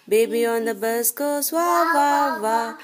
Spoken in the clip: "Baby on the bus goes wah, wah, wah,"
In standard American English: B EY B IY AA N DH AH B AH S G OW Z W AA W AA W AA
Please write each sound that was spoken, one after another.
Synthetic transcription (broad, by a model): B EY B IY AA N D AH B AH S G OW S W AA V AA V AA